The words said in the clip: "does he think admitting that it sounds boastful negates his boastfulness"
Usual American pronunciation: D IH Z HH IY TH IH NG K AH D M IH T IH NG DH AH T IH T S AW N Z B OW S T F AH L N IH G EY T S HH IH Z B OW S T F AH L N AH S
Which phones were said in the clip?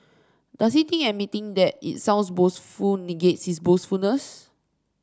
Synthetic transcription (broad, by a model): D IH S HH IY T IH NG AH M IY T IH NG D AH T IH T S AW N S B OW S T F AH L N IH G EY T S HH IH S B OW S T F AH L N AH S